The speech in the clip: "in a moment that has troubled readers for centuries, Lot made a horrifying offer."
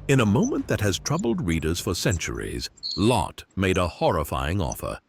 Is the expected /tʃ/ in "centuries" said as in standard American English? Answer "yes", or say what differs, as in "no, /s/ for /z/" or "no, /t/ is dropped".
yes